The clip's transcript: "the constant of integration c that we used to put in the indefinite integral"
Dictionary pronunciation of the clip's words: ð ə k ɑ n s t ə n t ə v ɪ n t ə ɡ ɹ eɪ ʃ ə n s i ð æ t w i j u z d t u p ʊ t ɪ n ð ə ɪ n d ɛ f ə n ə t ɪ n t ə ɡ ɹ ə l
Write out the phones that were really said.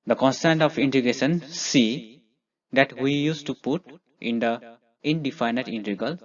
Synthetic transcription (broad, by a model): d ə k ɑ n s t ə n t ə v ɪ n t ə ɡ eɪ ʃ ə n s i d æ t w i j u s t u p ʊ t ɪ n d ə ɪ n d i f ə n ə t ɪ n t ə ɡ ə l